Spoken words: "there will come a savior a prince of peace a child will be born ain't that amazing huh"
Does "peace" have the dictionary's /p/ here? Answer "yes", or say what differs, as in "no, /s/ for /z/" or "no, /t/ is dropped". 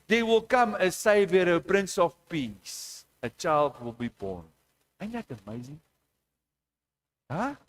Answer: yes